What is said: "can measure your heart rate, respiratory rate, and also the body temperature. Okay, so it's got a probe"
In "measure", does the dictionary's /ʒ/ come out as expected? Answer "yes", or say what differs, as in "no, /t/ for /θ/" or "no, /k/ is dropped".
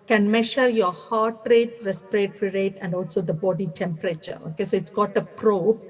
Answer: no, /ʃ/ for /ʒ/